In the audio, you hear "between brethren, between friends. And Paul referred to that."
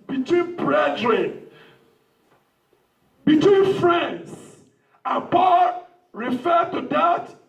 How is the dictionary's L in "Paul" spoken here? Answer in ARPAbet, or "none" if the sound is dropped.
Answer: N